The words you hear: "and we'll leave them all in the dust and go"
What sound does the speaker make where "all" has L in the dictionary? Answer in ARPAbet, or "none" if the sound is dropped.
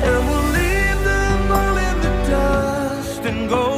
N